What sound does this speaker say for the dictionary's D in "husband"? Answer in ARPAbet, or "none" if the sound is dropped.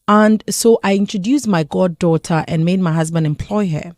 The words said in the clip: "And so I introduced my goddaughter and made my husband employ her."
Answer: D